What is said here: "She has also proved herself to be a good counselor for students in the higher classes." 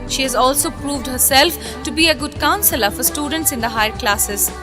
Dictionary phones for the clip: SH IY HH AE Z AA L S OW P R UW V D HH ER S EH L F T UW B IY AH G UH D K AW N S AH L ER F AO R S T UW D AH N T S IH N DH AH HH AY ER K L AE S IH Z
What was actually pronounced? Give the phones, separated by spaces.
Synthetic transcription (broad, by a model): SH IY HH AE Z AA L S OW P R UW V D HH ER S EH L F T UW B IY AH G UH D K AW N S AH L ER F AO R S T UW D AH N T S IH N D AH HH AY ER K L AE S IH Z